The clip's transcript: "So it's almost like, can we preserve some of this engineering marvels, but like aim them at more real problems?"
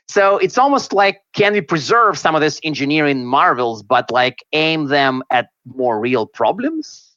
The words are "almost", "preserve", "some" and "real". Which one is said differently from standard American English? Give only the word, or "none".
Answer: none